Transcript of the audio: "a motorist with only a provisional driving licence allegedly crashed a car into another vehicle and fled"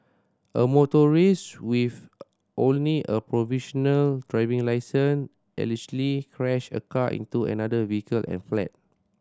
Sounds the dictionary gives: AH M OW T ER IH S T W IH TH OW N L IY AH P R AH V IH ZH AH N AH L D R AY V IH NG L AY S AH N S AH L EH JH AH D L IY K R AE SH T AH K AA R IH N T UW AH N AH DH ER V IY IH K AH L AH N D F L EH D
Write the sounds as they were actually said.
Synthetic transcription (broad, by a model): AH M OW T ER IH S W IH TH OW N L IY AH P R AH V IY SH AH N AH L D R AY V IH NG L AY S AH N AH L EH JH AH L IY K R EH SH AH K AA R IH N T UW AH N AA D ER V IY IH K AH L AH N F L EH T